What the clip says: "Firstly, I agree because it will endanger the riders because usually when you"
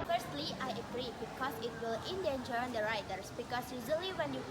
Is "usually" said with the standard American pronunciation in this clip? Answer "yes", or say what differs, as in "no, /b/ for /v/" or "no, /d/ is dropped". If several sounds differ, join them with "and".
no, /z/ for /ʒ/